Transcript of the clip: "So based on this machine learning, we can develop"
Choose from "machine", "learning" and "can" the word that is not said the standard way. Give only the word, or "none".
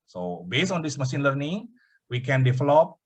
machine